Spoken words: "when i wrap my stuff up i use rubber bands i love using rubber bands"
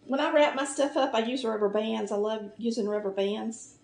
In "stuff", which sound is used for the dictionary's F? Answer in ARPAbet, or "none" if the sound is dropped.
F